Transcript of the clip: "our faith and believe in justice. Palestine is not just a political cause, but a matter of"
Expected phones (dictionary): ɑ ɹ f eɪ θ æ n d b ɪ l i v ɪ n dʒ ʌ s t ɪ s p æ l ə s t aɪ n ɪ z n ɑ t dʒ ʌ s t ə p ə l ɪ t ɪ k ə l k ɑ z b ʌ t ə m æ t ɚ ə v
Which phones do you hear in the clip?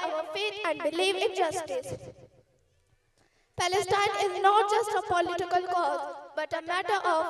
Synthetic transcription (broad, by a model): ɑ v f eɪ t æ n d b ɪ l i v ɪ n dʒ ʌ s t ɪ s p æ l ə s t aɪ n ɪ z n ɑ t dʒ ʌ s t ə p ə l ɪ t ɪ k ə l k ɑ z b ʌ t ə m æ t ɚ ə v